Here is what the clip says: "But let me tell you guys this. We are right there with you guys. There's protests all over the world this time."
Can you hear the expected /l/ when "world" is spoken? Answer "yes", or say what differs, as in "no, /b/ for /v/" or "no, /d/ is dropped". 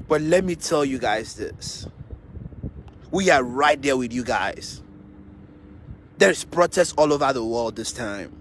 yes